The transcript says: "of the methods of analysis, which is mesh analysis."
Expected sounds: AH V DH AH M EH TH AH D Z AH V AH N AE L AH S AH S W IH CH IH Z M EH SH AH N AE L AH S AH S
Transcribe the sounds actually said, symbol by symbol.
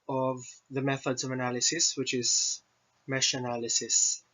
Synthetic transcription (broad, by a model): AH V DH AH M EH TH AH D Z AH V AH N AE L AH S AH S W IH CH IH Z M EH SH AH N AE L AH S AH S